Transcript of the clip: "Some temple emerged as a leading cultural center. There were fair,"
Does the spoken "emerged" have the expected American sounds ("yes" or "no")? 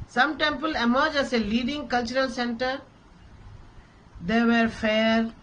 no